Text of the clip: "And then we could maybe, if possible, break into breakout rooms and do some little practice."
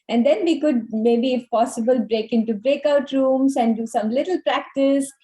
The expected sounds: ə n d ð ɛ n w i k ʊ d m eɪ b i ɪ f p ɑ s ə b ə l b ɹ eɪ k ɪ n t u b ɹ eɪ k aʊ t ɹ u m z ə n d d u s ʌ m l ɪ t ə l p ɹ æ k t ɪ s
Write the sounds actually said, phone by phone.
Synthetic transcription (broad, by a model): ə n d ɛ n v i k ʊ d m eɪ b i ɪ f p ɑ s ə b ə l b ɹ eɪ k ɪ n t u b ɹ eɪ k aʊ t ɹ u m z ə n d d u s ʌ m l ɪ t ə l p ɹ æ k t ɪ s